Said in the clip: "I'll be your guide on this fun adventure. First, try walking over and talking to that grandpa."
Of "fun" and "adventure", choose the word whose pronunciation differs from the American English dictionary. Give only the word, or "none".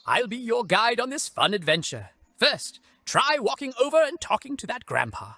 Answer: none